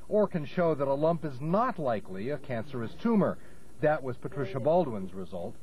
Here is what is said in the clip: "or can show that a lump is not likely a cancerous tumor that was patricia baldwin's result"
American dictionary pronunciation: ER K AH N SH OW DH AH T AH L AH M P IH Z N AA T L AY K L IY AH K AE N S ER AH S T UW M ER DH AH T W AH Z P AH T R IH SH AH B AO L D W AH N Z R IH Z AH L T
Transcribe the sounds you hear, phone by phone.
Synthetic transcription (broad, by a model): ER K AH N SH OW DH AH T AH L AH M P IH Z N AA T L AY K L IY AH K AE N S ER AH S T UW M ER DH AH T W AH Z P AH T R IH SH AH B AO L D W AH N Z R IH Z AH L T